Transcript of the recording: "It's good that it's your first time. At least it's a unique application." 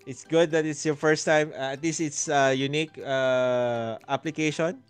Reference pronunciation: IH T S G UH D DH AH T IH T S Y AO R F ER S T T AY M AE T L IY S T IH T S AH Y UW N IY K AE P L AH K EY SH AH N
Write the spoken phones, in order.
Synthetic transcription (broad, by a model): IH T S G UH D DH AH T IH T S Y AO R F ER S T T AY M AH T L IY S T IH T S AH Y UW N IY K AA P L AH K EY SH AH N